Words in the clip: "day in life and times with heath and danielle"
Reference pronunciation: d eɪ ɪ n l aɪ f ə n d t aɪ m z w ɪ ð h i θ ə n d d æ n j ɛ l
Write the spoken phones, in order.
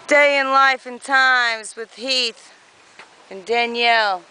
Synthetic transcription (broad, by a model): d eɪ ɪ n l aɪ f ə n t aɪ m z w ɪ ð h i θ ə n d d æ n j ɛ l